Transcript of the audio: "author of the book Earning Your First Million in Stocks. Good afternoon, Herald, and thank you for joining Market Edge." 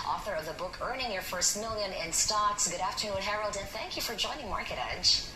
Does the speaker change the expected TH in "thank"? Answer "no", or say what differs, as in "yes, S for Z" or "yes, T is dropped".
no